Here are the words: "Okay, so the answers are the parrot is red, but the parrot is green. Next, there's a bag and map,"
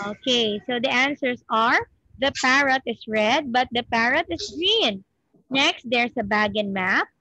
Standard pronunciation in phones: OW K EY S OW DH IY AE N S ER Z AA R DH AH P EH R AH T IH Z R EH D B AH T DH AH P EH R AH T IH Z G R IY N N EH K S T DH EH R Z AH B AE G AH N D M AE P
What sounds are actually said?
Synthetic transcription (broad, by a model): OW K EY S OW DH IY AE N S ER S AA R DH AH P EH R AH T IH S R EH D B AH T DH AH P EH R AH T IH S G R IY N N EH K S T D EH R S AH B AE G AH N M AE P